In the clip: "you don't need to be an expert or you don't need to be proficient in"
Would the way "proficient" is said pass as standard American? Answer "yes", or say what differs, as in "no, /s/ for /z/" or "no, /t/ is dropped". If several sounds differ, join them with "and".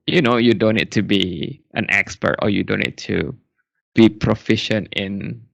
yes